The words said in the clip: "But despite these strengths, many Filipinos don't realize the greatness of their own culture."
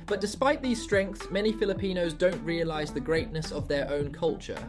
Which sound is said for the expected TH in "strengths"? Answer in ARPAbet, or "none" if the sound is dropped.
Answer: TH